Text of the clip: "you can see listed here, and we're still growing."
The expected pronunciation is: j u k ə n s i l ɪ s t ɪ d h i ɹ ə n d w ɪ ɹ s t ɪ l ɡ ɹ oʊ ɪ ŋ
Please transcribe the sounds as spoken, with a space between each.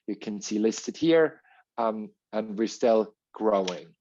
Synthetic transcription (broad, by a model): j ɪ k ə n s i l ɪ s t ɪ d h i ɹ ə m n w ɪ ɹ s t ɪ l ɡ ɹ oʊ ɪ ŋ